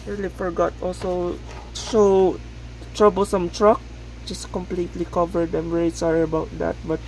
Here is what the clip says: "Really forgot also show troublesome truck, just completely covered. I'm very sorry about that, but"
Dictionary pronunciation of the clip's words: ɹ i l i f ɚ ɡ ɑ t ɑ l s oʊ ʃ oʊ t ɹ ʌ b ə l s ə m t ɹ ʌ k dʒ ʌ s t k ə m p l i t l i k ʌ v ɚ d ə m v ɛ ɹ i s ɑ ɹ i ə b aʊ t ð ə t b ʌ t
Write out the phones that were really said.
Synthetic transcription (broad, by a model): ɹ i l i f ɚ ɡ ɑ t ɑ l s oʊ ʃ oʊ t ɹ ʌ b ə l s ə m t ɹ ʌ k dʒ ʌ s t k ə m p l i t l i k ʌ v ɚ d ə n v ɛ ɹ i s ɑ ɹ i ə b aʊ t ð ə t b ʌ t